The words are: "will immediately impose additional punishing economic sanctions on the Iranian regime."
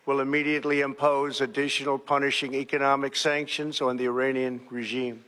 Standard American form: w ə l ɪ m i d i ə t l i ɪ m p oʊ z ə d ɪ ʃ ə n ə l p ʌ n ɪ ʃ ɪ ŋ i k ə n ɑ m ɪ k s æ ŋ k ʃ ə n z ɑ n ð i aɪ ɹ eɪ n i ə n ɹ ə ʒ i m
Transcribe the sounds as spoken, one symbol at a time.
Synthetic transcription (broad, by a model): w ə l ɪ m i d i ə t l i ɪ m p oʊ z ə d ɪ ʃ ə n l p ʌ n ɪ ʃ ɪ ŋ i k ə n ɑ m ɪ k s æ ŋ k ʃ ə n z n ð i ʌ ɹ eɪ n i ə n ɹ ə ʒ i m